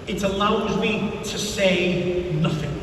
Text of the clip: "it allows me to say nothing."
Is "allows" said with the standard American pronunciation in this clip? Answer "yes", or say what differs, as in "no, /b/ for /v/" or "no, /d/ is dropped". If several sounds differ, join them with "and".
yes